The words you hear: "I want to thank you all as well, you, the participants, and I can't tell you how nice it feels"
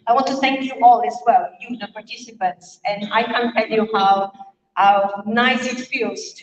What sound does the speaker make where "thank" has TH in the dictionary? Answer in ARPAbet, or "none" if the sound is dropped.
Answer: TH